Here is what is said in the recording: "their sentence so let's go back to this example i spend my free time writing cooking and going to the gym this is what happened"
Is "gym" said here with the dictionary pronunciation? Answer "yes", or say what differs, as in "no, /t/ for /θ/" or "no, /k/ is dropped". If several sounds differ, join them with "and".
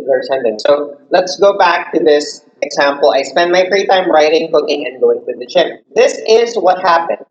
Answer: no, /tʃ/ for /dʒ/